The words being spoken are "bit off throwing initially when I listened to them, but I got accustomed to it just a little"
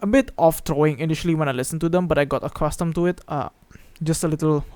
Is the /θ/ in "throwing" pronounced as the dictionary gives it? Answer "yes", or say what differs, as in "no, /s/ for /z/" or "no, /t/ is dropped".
no, /t/ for /θ/